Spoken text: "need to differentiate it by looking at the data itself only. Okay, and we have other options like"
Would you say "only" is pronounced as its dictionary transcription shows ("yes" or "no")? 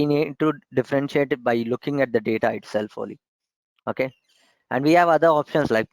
no